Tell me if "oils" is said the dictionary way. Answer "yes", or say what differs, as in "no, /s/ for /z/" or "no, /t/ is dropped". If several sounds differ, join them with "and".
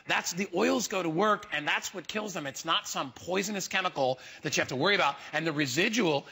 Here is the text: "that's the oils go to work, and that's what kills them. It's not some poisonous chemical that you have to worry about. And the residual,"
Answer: yes